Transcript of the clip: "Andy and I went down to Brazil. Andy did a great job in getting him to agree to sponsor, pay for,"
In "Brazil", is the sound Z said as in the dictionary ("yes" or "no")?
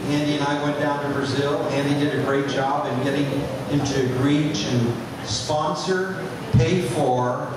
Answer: yes